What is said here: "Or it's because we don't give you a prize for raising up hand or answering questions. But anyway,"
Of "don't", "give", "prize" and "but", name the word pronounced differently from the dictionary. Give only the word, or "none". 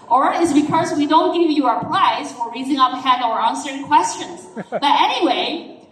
prize